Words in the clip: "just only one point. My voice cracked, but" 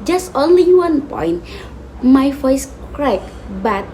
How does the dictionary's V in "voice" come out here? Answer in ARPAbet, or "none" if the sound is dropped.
F